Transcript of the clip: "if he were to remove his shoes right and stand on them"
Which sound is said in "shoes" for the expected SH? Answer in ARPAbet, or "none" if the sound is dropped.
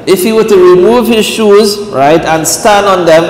SH